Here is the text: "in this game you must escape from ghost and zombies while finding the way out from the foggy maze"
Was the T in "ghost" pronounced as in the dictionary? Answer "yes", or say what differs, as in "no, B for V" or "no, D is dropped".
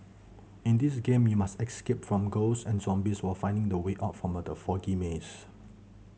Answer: no, T is dropped